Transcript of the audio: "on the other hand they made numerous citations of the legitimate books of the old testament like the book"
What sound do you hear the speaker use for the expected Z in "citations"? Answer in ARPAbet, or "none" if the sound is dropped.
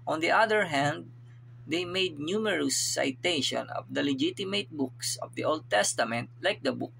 none